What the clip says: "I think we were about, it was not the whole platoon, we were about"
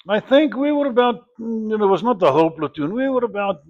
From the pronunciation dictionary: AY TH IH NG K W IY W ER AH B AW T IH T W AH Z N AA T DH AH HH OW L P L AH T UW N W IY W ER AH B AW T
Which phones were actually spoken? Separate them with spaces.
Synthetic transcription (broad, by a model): AY TH IH NG K W IY W ER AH B AW T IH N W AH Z N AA T DH AH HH OW P L AH T UW N W IY W ER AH B AW T